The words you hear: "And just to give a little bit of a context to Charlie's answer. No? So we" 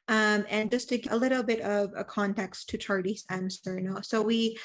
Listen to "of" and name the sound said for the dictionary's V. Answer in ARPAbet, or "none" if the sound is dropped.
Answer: V